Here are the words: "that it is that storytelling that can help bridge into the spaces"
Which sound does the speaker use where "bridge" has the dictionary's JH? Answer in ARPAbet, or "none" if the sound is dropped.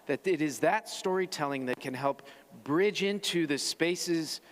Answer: JH